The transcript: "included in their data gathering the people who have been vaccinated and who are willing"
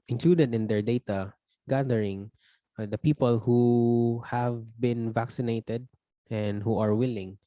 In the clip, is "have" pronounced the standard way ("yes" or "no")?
yes